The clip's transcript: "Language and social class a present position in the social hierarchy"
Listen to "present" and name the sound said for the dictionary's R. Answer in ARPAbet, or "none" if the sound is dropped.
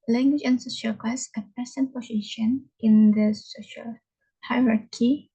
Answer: none